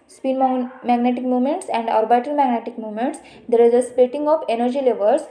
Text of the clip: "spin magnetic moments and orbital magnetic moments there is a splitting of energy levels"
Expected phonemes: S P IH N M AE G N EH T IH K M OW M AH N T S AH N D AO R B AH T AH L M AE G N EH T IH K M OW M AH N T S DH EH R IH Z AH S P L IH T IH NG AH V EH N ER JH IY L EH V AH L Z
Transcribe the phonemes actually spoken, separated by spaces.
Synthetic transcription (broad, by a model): S P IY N M AE G N EH T IH K M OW M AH N T S AH N D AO R B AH T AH L M AE G N EH T IH K M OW M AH N T S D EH R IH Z AH S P EH T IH NG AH F EH N ER JH IY L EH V AH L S